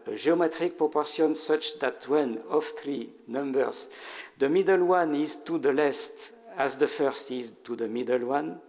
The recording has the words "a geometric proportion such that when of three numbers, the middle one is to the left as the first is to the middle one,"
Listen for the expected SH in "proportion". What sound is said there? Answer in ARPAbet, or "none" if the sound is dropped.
S